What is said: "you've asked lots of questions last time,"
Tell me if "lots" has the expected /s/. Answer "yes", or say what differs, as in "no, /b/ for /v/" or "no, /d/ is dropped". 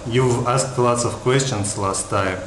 yes